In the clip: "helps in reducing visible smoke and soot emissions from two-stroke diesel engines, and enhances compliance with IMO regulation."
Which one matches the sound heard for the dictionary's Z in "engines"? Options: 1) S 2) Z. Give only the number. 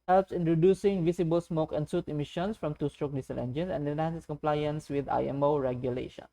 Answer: 1